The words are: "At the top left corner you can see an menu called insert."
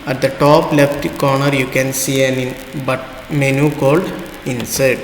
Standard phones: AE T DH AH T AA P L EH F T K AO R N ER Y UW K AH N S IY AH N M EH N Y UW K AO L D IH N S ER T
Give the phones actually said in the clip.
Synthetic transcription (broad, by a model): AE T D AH T AA P L EH F T K AO R N ER Y UW K AH N S IY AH N M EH N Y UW K AO L D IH N S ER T